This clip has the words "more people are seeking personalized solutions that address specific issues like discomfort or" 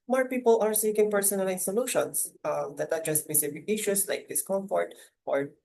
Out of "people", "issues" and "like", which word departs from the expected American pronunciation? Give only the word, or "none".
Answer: issues